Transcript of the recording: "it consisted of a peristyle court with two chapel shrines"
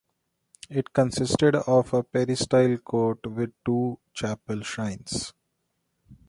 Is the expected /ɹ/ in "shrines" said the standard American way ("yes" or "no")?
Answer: no